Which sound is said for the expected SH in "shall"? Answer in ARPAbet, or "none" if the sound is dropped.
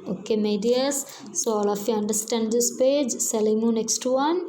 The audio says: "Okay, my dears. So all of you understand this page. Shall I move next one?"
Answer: S